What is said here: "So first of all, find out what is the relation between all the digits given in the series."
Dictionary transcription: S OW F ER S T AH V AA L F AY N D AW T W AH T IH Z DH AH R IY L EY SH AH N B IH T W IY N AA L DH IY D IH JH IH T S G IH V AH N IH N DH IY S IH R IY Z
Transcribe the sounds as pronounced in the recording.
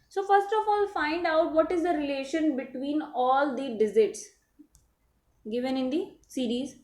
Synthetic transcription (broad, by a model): S OW F ER S T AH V AA L F AY N D AW T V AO T IH Z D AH R IY L EY SH AH N B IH T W IY N AA L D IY D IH Z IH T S G IH V AH N IH N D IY S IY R IY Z